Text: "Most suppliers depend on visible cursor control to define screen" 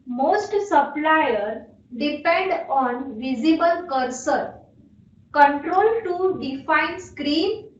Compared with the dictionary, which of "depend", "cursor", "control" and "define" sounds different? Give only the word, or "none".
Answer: none